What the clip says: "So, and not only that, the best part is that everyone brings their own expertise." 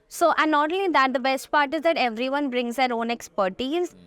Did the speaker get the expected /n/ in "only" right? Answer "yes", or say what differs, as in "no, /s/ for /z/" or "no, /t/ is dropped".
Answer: no, /n/ is dropped